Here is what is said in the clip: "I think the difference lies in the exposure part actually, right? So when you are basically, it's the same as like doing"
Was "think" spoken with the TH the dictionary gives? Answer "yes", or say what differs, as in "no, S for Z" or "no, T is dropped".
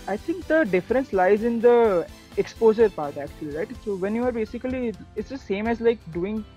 no, T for TH